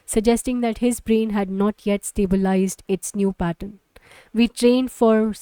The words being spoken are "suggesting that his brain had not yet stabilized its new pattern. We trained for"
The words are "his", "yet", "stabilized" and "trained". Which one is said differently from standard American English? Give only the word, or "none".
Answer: none